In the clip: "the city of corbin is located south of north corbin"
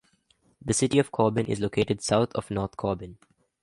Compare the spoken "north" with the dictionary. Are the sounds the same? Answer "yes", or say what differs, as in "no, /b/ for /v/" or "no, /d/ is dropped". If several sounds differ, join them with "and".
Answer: no, /t/ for /θ/